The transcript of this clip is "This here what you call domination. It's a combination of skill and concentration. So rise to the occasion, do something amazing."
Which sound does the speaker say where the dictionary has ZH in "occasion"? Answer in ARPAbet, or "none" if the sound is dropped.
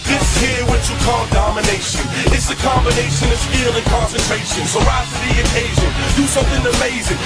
ZH